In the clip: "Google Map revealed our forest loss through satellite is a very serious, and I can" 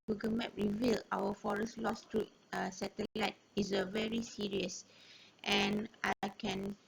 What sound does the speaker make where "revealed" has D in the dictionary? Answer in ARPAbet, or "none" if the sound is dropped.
none